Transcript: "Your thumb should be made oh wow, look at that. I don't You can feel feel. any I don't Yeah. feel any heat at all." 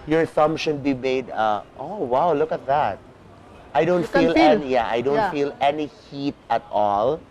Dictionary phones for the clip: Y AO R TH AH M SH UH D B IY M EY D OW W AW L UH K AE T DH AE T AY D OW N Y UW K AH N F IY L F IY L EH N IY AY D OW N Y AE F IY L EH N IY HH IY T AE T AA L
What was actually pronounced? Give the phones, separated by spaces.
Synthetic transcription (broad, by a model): Y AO R S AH M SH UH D B IY M EY D OW W AW L UH K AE T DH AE T AY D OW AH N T F IY L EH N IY AY D OW N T F IY L EH N IY HH IY T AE T AA L